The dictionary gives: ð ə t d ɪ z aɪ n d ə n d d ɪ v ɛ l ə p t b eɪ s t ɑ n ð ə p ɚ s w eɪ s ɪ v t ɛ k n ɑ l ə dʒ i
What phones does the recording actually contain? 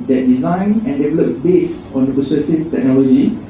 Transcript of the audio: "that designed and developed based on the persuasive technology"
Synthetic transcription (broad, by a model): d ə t d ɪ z aɪ n ə n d d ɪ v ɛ l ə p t b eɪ s ɑ n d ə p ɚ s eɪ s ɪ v t ɛ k n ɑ l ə dʒ i